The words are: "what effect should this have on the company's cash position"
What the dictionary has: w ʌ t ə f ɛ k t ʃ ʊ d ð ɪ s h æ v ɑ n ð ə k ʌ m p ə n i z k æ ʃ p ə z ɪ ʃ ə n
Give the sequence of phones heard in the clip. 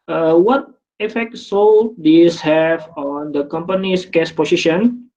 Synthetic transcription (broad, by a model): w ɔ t ə f ɛ k t s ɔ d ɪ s h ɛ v ɑ n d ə k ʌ m p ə n i s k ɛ s p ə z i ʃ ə n